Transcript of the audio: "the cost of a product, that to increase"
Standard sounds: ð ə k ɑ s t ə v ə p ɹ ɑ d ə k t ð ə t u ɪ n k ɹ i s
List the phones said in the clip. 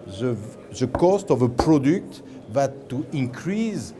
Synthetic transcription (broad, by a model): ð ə k ɑ s t ə v ə p ɹ ɑ d ə k t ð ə t u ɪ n k ɹ i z